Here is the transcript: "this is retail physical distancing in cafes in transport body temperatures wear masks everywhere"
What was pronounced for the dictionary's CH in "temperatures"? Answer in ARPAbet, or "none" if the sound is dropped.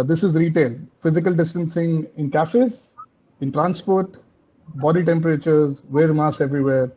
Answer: CH